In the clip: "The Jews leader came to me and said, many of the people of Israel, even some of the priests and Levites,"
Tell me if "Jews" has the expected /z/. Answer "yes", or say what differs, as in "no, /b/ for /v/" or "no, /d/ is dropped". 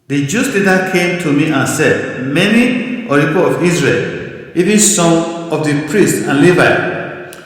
no, /s/ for /z/